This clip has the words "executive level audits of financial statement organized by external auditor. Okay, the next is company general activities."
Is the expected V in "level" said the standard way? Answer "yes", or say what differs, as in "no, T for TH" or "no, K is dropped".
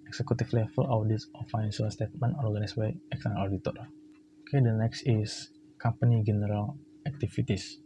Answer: no, F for V